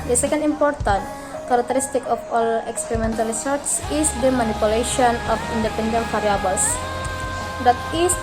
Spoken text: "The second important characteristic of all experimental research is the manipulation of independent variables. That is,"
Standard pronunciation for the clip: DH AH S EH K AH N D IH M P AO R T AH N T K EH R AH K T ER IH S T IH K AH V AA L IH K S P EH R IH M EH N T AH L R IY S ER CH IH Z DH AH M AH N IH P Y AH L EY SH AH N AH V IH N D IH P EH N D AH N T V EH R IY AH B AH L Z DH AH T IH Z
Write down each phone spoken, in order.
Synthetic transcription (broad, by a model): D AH S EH K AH N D IH M P AO R T AH N T K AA R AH K T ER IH S T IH K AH F AA L IH K S P EH R IH M EH N T AH L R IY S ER S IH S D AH M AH N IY P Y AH L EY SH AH N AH F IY N D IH P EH N D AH N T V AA R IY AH B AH L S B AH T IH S